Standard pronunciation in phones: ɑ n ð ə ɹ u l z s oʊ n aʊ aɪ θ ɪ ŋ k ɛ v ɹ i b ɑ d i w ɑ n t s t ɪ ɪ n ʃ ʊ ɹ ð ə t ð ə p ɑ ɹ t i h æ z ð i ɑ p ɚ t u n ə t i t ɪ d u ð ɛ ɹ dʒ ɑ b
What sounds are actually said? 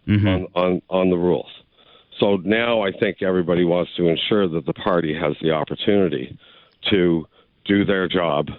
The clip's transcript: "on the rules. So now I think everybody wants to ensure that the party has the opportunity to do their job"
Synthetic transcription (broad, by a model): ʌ n ð ə ɹ u l z s oʊ n aʊ aɪ θ ɪ ŋ k ɛ v ɹ i b ɑ d i w ɑ n t s t ɪ ɪ n ʃ ʊ ɹ ð ə t ð ə p ɑ ɹ t i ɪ z ð i ɑ p ɚ t u n ə t i t ɪ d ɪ ð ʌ ɹ dʒ ɑ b